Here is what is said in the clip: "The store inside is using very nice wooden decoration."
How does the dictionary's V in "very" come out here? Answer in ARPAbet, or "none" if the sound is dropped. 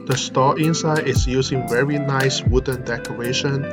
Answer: V